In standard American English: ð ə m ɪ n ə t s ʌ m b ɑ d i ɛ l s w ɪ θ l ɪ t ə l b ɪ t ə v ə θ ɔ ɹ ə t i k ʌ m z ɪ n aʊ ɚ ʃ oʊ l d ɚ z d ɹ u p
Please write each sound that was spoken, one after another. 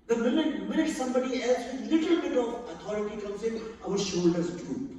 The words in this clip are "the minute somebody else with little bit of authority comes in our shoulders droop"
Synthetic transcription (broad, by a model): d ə m ɪ n ə t s ʌ m b ɑ d i ɛ l s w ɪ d l ɪ t ə l b ɪ t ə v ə t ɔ ɹ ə t i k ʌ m s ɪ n aʊ ɚ ʃ oʊ l d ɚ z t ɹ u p